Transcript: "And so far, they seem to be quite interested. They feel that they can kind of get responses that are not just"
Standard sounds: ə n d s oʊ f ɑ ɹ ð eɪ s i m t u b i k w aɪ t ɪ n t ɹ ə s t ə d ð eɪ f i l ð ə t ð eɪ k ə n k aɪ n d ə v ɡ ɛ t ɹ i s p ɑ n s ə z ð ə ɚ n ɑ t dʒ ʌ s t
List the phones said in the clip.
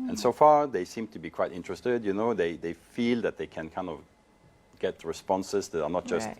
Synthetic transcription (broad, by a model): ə n s oʊ f ɑ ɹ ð eɪ s i m t u b i k w aɪ t ɪ n t ɹ ə s t ə d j eɪ f i l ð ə t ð eɪ k ə n k aɪ n d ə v ɡ ɛ t ɹ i s p ɑ n s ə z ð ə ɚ n ɑ t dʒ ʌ s t